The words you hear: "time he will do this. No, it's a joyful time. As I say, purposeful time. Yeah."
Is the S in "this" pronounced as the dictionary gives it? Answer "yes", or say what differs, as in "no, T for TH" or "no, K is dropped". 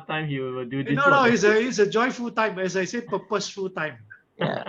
no, S is dropped